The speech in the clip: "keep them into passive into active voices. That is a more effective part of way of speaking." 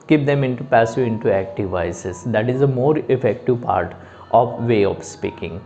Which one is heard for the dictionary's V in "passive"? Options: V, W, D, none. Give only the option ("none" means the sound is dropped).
none